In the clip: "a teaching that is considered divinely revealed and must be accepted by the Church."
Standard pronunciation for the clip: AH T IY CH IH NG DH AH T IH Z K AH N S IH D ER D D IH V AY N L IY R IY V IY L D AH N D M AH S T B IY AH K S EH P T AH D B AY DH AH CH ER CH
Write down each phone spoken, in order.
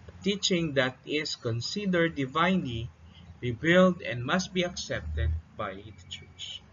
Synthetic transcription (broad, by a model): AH T IY CH IH NG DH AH T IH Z K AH N S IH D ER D D IH V AY N L IY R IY B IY L D AH N D M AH S T B IY AH K S EH P T AH D B AY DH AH CH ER CH